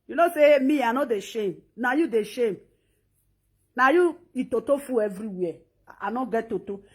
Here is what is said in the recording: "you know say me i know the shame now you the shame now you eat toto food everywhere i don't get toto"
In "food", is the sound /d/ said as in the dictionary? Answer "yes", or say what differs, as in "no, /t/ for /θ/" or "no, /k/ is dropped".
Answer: no, /d/ is dropped